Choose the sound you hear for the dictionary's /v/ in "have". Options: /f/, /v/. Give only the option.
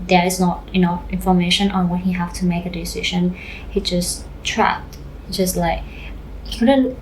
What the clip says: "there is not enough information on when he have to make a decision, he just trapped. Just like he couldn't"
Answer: /f/